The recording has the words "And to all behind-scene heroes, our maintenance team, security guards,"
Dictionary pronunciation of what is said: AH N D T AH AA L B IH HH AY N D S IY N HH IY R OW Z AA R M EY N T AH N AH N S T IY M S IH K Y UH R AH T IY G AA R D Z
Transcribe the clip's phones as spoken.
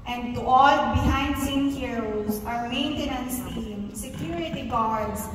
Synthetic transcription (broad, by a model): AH N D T AA L B IH HH AY N D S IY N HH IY R OW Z AA R M EY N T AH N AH N S T IY M S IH K Y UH R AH T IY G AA R D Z